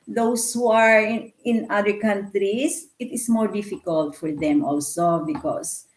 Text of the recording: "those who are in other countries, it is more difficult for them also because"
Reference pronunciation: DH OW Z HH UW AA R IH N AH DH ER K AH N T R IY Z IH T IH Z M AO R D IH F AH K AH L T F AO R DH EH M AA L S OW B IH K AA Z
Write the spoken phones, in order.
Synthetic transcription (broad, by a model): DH OW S HH UW AA R IH N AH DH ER K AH N T R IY S IH T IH S M AO R D IH F AH K AH L T F AO R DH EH M AA L S OW B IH K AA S